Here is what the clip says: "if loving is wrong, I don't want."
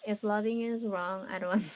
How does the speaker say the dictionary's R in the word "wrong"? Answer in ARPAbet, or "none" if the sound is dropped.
R